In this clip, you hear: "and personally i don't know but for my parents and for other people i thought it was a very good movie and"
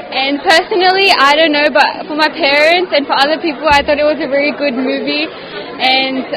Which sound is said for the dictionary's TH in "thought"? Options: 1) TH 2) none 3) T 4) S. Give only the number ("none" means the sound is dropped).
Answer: 1